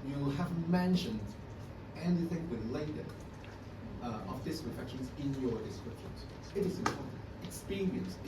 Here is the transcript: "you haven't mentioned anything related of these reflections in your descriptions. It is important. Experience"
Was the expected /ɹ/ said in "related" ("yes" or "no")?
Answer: no